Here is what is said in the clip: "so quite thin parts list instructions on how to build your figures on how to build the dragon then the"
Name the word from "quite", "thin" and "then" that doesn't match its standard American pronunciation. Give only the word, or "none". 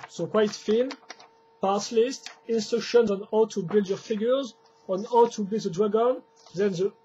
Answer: thin